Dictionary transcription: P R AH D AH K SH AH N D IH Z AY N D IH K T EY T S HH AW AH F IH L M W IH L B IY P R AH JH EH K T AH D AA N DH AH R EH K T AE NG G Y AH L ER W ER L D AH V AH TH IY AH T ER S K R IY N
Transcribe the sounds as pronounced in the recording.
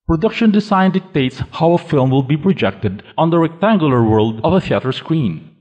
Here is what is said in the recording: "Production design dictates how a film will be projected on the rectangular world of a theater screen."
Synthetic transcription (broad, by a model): P R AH D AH K SH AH N D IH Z AY N D IH K T EY T S HH AW AH F IH L M W IH L B IY P R AH JH EH K T AH D AA N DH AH R EH K T AE NG G Y AH L ER W ER L D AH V AH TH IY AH T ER S K R IY N